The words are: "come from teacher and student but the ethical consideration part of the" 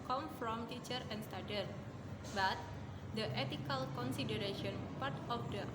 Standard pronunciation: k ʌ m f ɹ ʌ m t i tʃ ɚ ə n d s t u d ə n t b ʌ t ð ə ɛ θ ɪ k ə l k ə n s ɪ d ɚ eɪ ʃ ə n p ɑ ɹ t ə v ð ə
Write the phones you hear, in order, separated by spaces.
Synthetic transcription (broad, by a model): k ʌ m f ɹ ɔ m t i tʃ ɚ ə n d s t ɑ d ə t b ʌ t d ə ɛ t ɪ k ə l k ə n s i d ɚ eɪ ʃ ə n p ɑ ɹ t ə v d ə